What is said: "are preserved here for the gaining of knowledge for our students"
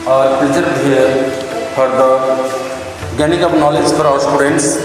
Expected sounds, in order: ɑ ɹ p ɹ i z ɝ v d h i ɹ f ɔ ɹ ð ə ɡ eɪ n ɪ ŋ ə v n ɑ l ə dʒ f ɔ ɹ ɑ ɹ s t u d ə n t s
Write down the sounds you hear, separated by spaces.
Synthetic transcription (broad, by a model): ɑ ɹ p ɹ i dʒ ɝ d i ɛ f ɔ ɹ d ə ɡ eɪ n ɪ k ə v n ɑ l ə dʒ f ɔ ɹ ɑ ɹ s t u d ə n t s